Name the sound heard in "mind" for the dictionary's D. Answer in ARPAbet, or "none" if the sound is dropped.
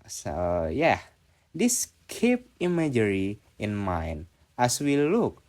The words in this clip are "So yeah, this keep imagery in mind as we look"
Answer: none